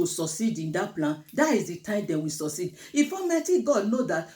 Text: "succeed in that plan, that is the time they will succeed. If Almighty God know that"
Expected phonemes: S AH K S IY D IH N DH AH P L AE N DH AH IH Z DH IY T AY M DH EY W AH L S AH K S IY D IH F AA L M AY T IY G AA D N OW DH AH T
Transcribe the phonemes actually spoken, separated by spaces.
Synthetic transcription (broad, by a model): S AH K S IY D IH N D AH P L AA N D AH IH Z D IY T AY M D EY W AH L S AH K S IY D IH F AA M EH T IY G AA D N OW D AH T